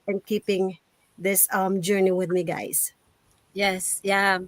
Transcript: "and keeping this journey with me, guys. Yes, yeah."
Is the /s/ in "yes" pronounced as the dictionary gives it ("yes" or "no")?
yes